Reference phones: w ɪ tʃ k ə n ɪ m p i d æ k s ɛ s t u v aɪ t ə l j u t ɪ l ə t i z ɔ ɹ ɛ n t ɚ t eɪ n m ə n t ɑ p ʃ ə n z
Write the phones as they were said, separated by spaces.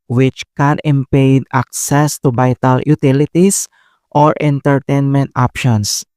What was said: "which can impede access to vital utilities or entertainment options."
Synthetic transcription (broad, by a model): w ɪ tʃ k ə n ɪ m p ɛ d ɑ k s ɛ s t u b aɪ t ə l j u t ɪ l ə t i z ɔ ɹ ɛ n t ɚ t eɪ n m ə n t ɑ p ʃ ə n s